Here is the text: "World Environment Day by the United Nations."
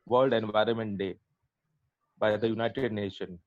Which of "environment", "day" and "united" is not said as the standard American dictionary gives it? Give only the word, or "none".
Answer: none